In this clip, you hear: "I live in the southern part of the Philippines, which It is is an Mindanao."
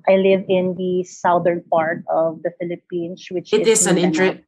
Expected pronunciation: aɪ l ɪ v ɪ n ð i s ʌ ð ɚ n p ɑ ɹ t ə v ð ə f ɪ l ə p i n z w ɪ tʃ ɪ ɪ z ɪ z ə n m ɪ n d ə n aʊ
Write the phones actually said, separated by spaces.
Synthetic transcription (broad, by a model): aɪ l ɪ v ɪ n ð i s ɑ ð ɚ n p ɑ ɹ t ə v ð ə f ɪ l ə p i n s w ɪ tʃ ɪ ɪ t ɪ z ə n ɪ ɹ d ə